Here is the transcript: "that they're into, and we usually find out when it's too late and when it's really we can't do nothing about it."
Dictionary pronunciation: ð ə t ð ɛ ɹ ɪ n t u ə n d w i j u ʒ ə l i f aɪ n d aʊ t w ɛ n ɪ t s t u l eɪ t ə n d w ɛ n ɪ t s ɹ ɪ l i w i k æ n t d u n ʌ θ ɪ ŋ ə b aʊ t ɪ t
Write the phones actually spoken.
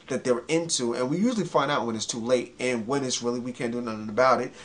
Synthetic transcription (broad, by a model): ð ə t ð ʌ ɹ ɪ n t u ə n w i j u ʒ l i f aɪ n d aʊ t w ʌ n ɪ t s t u l eɪ t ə n w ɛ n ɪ t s ɹ ɪ l i w i k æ n d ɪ n ʌ θ ɪ ŋ ə b aʊ t ɪ t